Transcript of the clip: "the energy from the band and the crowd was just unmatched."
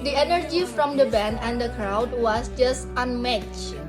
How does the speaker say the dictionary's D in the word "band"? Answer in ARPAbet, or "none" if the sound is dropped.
none